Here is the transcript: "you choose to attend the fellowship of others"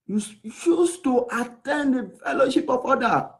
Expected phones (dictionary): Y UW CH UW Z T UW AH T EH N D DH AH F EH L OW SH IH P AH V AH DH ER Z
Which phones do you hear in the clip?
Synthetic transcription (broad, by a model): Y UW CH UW S T UW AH T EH N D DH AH F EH L OW SH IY P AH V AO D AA